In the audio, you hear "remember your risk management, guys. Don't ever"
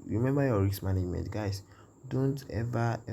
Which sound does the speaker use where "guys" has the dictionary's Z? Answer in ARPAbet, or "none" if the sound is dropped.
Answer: S